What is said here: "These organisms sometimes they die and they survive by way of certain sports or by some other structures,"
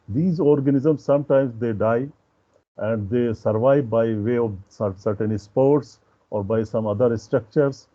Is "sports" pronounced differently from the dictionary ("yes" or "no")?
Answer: no